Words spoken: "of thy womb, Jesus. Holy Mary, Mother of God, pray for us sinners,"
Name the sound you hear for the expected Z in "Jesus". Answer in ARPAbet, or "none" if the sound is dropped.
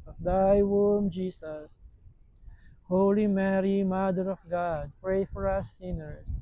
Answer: S